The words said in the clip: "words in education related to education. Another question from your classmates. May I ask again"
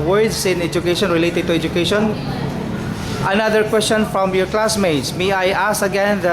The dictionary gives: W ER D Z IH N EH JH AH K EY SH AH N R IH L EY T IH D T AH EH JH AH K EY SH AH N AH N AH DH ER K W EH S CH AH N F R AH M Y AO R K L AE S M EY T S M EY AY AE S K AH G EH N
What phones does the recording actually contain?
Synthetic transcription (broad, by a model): W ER D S IH N EH JH AH K EY SH AH N R IH L EY T IH D T AH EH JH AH K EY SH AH N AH N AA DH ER K W EH S CH AH N F R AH M Y AO R K L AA S M EY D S M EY AY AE S AH G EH N